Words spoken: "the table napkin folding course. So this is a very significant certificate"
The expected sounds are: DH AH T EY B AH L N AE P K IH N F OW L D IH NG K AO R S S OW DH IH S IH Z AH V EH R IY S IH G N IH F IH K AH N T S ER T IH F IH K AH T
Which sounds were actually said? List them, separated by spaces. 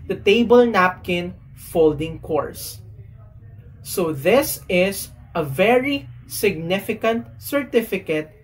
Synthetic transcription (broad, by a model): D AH T EY B AH L N AE P K IH N F OW L D IH NG K AO R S S OW DH IH S IH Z AH V EH R IY S IH G N IH F IH K AH N T S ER T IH F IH K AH T